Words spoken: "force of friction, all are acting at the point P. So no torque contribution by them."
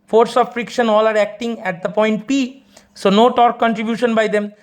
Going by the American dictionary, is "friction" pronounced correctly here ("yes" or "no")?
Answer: yes